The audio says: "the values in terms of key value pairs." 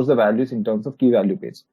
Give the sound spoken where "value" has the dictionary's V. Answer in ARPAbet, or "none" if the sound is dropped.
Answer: V